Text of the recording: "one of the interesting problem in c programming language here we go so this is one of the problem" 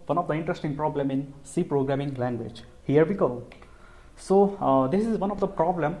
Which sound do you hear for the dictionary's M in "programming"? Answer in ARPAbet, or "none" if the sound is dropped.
M